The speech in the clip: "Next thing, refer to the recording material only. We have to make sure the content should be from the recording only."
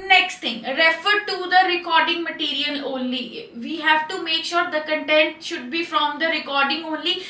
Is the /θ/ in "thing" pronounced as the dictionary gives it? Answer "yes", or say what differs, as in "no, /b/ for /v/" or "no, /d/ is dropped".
no, /t/ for /θ/